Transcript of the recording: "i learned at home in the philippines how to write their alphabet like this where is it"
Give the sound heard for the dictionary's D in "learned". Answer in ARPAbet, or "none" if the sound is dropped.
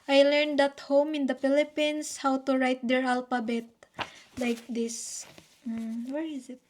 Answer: D